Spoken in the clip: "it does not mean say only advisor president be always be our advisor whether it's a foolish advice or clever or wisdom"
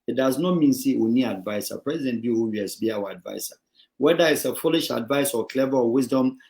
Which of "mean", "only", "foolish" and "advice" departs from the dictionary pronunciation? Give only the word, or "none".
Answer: only